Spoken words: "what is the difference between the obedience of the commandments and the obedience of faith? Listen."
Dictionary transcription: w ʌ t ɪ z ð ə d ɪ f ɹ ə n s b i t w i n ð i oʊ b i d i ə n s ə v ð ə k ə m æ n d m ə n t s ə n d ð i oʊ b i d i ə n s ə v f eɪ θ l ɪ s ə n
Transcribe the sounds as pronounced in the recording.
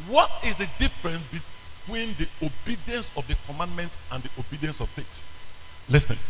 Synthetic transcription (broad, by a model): w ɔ t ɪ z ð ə d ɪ f ɹ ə n s b i t w i n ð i oʊ b i d i ə n s ə v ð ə k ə m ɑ n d m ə n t s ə n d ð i oʊ b i d i ə n s ə v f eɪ t l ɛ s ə